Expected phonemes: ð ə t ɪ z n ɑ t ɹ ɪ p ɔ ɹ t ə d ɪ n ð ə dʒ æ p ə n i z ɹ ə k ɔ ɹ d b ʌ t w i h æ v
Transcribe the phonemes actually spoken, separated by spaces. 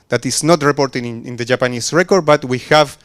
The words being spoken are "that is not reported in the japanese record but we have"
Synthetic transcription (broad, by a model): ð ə t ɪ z n ɑ t ɹ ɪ p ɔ ɹ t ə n ɪ n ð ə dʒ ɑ p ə n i s ɹ ə k ɔ ɹ d b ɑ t w i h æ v